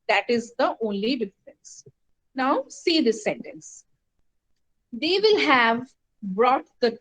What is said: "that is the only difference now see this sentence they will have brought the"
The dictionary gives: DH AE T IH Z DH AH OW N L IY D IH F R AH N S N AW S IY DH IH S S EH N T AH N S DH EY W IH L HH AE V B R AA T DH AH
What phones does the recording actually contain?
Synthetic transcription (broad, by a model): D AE T IH Z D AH OW N L IY D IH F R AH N S N AW S IY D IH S S EH N T AH N S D EY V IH L HH AE V B R AA T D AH